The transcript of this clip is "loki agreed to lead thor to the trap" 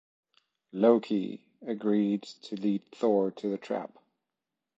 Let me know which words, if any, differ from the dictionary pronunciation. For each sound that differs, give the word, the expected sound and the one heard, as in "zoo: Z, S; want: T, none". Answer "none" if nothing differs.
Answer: none